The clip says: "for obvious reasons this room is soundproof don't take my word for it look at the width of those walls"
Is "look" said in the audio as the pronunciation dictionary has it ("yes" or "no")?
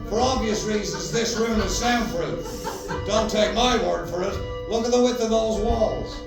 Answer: no